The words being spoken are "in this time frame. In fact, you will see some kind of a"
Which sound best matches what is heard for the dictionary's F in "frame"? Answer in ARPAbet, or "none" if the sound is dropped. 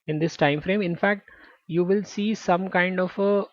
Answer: F